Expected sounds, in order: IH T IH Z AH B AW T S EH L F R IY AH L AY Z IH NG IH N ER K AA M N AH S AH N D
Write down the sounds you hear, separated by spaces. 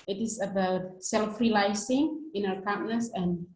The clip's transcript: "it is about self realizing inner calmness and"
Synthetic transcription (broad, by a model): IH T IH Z AH B AW T S EH L F R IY L AY S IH NG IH N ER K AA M N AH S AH N